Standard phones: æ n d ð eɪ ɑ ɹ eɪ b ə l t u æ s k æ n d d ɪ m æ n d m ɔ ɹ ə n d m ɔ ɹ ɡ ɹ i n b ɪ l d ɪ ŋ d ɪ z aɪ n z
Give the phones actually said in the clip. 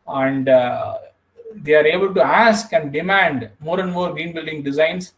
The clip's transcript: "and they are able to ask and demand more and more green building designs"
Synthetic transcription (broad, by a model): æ n d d eɪ ɑ ɹ eɪ b ə l t u æ s k æ n d d ɪ m æ n d m ɔ ɹ ə n d m ɔ ɹ ɡ ɹ i n b ɪ l d ɪ ŋ d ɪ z aɪ n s